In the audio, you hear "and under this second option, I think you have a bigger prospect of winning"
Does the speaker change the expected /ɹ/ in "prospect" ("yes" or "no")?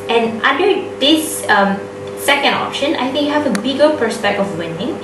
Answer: yes